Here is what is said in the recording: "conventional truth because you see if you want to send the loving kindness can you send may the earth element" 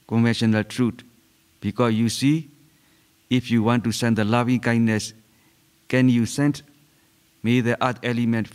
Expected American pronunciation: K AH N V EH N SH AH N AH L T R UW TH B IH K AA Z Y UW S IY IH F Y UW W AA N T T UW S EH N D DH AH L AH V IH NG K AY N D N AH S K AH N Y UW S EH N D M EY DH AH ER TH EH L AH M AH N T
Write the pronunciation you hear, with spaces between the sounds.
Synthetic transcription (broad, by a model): K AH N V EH N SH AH N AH L T R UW T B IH K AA S Y UW S IY IH F Y UW W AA N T T UW S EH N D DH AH L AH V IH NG K AY N D N AH S K AH N Y UW S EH N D M EY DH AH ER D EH L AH M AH N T